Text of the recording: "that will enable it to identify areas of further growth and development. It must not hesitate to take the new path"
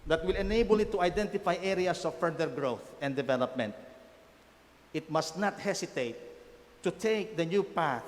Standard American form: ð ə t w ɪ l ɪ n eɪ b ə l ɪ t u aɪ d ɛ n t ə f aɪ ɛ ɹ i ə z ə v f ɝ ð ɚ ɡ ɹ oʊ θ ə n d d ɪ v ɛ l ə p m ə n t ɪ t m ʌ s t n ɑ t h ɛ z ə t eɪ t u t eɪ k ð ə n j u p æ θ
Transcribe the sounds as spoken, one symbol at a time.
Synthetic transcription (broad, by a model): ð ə t w ɪ l ɪ n eɪ b ə l ɪ t u aɪ d ɛ n t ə f aɪ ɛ ɹ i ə s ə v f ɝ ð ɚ ɡ ɹ oʊ θ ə n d d ɪ v ɛ l ə p m ə n t ɪ t m ʌ s t n ɑ t h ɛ s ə t eɪ t u t eɪ k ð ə n j u p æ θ